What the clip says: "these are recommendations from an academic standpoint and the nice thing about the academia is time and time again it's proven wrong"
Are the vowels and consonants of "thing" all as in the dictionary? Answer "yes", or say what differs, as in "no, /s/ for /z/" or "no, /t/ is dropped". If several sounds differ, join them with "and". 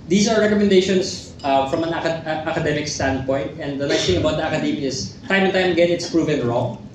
no, /t/ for /θ/